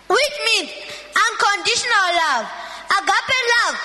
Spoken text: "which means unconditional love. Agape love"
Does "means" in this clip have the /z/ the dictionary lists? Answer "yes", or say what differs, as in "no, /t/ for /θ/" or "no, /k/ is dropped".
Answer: no, /z/ is dropped